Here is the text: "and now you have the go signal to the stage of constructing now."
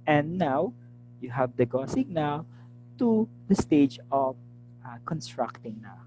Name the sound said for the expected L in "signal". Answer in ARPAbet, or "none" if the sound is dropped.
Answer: W